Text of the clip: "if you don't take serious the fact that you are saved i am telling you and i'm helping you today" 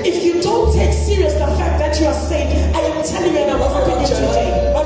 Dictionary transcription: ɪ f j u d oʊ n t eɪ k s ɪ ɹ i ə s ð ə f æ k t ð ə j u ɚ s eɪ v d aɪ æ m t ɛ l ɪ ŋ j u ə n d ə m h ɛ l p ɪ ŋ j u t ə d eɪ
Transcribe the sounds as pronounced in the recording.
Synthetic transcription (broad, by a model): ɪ f j u d oʊ n t eɪ k s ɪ ɹ i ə s ð ə f æ k t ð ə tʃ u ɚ s eɪ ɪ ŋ aɪ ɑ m t ɛ l ɪ ŋ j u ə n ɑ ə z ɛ p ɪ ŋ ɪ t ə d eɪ